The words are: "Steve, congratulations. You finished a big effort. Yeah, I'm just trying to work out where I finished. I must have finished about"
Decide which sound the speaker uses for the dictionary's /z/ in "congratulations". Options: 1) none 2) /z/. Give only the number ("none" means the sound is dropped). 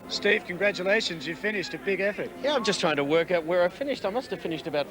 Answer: 2